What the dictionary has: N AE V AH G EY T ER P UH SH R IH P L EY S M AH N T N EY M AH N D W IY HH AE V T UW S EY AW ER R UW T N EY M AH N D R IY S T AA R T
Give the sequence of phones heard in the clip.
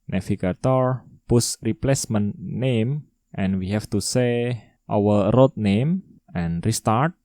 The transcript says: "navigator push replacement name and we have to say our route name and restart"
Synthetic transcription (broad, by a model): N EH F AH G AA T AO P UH S R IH P L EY S M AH N N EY M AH N W IY HH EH F T UW S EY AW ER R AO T N EY M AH N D R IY S T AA R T